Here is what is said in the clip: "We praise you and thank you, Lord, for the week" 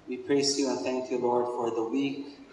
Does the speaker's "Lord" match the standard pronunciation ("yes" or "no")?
yes